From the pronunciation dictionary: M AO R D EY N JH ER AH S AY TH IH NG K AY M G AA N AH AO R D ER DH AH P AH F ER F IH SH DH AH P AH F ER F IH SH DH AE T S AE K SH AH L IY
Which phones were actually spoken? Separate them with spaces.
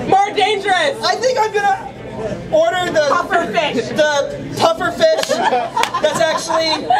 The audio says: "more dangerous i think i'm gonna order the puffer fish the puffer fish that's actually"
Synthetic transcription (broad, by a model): M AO R D EY N JH ER AH S AY TH IH NG K AY M G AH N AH AO R D ER DH AH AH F ER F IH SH DH AH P AH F ER F IH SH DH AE T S AE K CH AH L IY